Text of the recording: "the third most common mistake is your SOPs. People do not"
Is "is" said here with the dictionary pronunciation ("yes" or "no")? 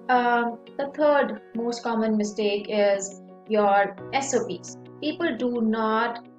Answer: yes